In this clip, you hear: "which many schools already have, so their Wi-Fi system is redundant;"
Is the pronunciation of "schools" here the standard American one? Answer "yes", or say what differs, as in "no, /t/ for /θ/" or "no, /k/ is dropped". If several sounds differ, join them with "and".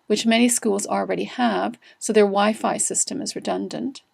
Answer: yes